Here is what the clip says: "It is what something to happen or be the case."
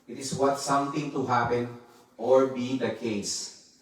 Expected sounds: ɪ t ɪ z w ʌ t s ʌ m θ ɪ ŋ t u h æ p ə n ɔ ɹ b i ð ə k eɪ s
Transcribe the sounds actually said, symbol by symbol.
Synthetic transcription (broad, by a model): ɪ t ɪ s w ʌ t s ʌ m t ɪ ŋ t u h æ p ə n ɔ ɹ b i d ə k eɪ s